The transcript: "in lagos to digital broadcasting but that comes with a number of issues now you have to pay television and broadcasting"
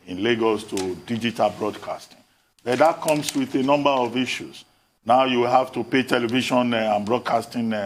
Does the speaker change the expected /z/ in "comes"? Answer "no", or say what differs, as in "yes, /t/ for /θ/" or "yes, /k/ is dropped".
yes, /s/ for /z/